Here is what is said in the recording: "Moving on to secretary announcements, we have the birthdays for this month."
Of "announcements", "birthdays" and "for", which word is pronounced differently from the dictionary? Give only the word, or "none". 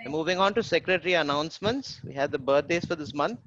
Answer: birthdays